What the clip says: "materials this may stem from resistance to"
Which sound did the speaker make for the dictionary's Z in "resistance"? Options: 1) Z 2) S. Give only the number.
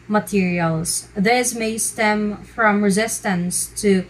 1